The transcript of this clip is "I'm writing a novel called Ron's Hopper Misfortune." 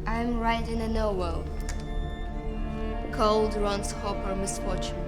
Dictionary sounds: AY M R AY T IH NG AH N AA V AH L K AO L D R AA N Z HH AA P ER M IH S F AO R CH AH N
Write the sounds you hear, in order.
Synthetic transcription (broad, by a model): AY M R AY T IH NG AH N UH W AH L K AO L D R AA N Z HH AA P ER M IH S F AO R CH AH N